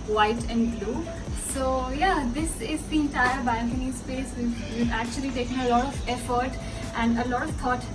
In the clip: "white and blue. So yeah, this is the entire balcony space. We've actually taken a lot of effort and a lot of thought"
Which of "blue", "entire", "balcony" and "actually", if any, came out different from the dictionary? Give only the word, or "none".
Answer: balcony